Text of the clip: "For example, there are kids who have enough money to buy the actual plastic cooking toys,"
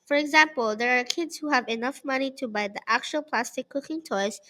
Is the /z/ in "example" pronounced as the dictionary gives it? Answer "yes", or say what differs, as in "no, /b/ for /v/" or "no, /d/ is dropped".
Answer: yes